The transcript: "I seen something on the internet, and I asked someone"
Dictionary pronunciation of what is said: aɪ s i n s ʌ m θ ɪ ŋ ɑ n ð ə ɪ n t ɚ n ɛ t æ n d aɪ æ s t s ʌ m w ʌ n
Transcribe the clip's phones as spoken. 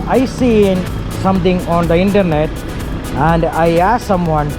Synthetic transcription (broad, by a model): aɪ s i n s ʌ m t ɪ ŋ ɑ n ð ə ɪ n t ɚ n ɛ t æ n d aɪ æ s s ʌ m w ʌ n